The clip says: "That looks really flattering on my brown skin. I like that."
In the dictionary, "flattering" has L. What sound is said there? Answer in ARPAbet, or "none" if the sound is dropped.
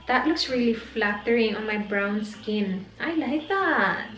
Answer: L